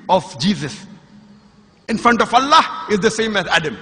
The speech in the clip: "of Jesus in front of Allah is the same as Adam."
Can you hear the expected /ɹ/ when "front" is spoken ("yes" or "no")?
yes